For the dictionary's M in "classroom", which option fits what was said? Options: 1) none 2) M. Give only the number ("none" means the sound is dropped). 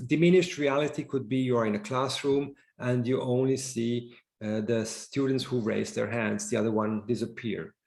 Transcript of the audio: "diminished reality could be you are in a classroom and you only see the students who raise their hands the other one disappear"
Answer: 2